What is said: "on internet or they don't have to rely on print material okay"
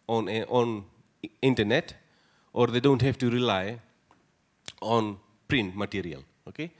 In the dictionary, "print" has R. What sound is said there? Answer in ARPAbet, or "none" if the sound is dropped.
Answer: R